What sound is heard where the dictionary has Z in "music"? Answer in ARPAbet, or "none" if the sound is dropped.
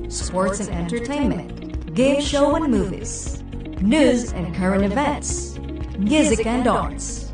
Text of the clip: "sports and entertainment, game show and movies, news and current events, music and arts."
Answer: Z